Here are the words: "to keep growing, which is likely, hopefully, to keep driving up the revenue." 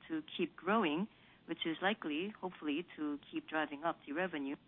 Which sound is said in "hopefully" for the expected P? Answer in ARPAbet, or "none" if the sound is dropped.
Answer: P